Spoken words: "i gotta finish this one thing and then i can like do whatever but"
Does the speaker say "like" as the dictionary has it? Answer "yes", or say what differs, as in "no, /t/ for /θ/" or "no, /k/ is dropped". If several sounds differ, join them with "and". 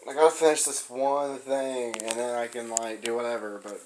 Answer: yes